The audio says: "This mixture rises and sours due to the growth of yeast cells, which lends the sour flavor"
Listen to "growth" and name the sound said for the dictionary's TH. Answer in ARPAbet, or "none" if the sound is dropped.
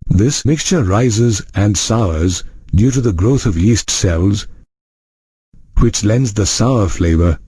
TH